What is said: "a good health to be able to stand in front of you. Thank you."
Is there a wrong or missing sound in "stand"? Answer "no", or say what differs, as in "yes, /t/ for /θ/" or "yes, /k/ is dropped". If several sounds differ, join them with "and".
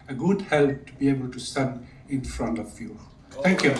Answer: yes, /d/ is dropped